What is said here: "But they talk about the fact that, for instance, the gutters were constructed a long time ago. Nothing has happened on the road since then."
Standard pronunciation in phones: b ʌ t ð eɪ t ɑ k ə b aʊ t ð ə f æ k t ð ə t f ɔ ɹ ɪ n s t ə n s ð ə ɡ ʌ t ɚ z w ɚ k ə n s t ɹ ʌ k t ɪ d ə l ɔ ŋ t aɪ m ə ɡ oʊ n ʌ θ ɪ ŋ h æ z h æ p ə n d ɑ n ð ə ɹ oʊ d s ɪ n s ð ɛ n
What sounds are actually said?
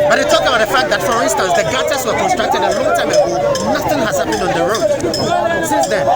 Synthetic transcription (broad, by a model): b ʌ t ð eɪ t ɑ k ə b aʊ t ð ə f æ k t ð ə t f ɔ ɹ ɪ n s t ə n s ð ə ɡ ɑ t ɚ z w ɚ k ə n s t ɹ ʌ k t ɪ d ə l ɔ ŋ t aɪ m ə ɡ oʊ n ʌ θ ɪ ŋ h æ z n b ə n ɑ n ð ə ɹ oʊ d s ɪ n s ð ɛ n